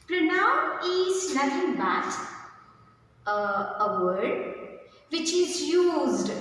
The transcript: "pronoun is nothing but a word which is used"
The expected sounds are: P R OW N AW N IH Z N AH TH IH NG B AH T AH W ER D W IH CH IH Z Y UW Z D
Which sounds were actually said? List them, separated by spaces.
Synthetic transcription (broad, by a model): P R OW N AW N IH Z L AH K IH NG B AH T AH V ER D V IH CH IH Z Y UW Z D